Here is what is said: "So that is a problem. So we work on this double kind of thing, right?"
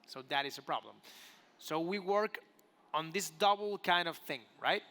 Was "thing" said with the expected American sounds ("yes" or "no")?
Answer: yes